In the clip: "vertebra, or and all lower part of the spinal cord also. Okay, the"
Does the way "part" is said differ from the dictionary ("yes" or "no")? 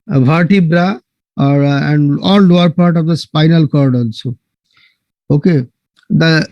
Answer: no